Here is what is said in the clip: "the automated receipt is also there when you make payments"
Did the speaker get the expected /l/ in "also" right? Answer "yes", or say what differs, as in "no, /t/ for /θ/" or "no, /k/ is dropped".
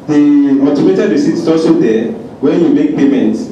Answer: no, /l/ is dropped